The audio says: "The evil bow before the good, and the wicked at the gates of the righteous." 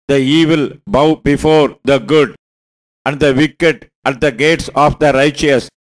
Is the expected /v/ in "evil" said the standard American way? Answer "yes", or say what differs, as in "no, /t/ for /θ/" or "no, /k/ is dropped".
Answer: yes